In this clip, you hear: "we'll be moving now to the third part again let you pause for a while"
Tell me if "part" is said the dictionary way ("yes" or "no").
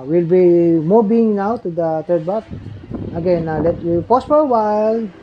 no